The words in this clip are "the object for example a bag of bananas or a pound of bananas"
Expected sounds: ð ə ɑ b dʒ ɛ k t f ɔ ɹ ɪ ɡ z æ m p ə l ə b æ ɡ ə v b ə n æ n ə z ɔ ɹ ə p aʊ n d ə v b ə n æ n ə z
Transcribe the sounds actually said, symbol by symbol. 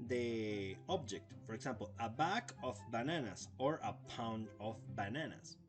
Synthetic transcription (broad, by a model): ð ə ɑ b dʒ ɛ k t f ɔ ɹ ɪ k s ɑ m p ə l ə b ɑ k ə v b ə n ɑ n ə s ɔ ɹ ə p aʊ n d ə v b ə n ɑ n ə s